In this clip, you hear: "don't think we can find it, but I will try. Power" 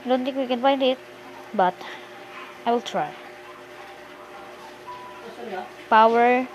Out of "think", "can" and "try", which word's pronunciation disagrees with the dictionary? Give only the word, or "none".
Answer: think